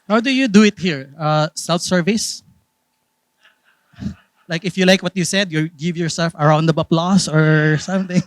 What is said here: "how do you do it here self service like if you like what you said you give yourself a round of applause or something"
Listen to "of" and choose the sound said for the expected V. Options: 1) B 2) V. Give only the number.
1